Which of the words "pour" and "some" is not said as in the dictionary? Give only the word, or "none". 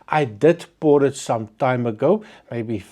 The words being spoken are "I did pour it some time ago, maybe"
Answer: pour